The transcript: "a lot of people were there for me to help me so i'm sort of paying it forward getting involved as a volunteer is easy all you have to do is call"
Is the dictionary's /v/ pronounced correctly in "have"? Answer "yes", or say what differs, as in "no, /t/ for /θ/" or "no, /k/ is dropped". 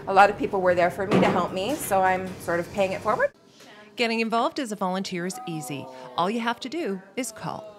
no, /f/ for /v/